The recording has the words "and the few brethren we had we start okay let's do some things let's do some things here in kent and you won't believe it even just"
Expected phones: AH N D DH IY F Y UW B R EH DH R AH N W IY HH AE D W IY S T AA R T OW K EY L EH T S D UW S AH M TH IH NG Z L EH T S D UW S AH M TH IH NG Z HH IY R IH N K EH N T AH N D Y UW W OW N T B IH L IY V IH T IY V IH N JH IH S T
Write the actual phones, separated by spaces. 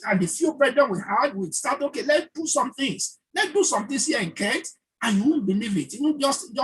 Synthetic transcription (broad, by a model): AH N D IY F Y UW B R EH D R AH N W IY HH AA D W IY S T AA T OW K EY L EH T D UW S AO M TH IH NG S L EH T D UW S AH M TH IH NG S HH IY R IH N K EH N T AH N Y UW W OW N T B IH L IY V IH T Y W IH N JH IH S T